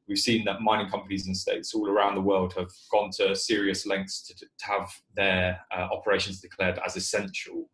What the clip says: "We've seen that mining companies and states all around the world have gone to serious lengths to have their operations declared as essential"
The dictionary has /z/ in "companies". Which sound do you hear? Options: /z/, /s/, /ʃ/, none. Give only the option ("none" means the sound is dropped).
/z/